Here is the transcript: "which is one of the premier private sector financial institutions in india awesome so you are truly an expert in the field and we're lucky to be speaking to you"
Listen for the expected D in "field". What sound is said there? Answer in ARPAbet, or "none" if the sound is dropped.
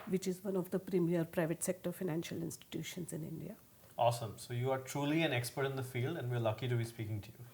D